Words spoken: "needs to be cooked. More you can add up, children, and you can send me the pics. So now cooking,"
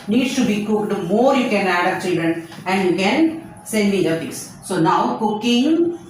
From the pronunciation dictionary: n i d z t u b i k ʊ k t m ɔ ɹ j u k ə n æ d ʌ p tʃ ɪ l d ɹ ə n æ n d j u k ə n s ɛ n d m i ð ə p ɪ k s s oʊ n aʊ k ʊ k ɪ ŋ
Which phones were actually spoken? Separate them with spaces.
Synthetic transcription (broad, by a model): n i d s t u b i k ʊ k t m ɔ ɹ j u k ə n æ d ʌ tʃ ɪ l d ɹ ə n æ n d j u k ə n s ɛ n d m i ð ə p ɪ s s oʊ n aʊ k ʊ k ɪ ŋ